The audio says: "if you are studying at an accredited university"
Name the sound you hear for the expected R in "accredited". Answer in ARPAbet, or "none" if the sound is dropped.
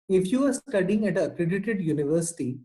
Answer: R